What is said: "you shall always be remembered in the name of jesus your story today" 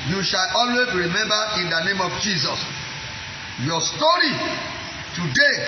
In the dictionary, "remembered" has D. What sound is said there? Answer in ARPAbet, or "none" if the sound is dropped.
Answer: none